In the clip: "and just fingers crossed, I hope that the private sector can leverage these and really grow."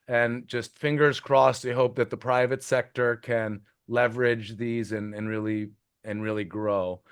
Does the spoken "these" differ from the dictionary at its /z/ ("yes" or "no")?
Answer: no